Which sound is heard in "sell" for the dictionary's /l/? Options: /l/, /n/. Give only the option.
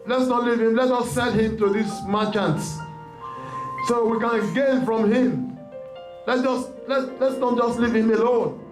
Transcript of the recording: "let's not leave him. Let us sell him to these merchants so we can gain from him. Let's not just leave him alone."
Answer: /n/